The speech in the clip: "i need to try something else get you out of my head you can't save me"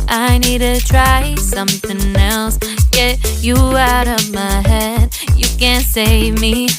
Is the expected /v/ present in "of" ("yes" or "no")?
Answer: yes